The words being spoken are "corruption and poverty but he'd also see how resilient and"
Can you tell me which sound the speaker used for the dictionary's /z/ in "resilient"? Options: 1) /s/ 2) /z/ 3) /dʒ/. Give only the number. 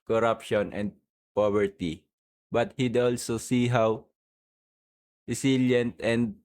1